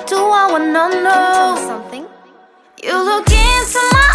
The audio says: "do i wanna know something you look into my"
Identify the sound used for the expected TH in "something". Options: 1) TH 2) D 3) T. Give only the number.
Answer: 1